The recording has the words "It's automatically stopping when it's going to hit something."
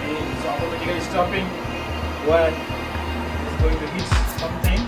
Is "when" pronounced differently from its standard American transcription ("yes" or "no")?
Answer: yes